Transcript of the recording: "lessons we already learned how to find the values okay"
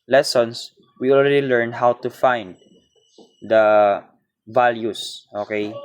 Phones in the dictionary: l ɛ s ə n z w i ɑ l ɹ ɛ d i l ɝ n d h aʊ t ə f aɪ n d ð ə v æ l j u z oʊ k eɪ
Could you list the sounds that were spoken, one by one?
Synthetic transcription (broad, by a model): l ɛ s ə n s w i ɑ l ɹ ɛ d i l ɝ n h aʊ t ə f aɪ n d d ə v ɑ l j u s oʊ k eɪ